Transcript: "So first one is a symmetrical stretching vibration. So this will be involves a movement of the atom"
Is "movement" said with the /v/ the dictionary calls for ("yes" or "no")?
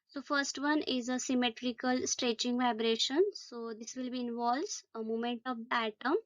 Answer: no